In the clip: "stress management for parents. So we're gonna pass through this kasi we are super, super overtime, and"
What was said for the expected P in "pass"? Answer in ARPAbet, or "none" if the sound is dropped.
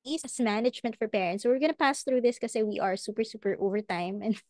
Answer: P